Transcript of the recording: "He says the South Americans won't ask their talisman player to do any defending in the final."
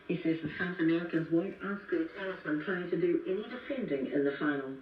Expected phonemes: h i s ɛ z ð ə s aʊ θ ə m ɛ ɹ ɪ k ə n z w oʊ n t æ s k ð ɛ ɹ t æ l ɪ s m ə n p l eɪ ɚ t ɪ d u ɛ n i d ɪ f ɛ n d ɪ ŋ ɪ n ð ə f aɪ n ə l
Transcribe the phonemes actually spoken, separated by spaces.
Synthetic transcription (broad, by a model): h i s ɛ z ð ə s aʊ θ ə m ɛ ɹ ɪ k ə n z w oʊ n t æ s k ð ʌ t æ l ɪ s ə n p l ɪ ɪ t ɪ d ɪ ɛ n i d ɪ f ɛ n d ɪ ŋ ɪ n ð ə f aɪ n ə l